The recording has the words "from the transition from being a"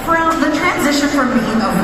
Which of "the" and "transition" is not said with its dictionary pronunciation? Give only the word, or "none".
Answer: none